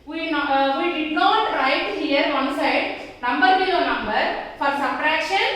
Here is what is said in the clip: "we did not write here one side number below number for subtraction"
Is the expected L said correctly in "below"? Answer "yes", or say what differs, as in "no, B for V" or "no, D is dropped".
no, L is dropped